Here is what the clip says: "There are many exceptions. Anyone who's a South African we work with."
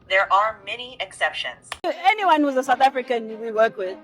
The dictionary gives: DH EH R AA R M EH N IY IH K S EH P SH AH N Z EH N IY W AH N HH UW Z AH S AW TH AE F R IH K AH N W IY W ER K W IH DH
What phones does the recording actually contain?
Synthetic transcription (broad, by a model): DH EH R AA R M EH N IY IH K S EH P SH AH N Z EH N IY W AH N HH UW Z AH S AW TH AE F R IH K AH N W IY W ER K W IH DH